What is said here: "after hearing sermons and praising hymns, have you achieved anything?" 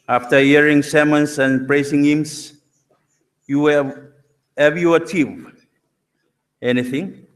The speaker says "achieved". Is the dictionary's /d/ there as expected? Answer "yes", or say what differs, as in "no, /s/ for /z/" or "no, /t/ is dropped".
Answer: no, /d/ is dropped